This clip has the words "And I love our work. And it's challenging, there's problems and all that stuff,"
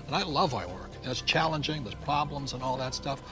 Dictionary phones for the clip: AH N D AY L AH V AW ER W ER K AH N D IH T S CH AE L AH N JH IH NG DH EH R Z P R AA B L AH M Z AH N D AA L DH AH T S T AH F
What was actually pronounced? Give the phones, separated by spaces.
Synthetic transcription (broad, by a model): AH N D AY L AH V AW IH W ER K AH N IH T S CH AE L AH N JH IH NG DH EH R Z P R AA B L AH M Z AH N AA L DH AH T S T AH F